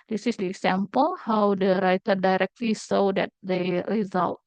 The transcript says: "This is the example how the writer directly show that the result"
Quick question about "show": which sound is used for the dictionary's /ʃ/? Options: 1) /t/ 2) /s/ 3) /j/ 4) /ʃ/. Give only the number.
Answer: 2